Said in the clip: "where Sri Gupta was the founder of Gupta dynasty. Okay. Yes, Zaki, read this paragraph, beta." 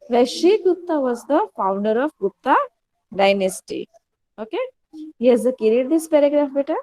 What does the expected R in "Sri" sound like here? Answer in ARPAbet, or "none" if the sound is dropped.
none